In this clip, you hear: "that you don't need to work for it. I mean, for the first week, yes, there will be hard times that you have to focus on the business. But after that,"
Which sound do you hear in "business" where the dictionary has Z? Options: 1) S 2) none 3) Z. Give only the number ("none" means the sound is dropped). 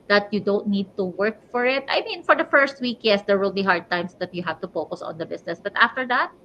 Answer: 1